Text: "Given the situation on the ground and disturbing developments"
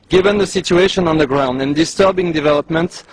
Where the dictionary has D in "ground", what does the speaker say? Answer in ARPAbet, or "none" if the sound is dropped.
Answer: D